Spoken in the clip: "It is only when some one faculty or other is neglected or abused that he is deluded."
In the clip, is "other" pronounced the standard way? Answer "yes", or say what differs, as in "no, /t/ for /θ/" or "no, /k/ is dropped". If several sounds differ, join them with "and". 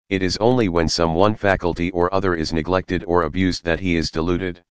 yes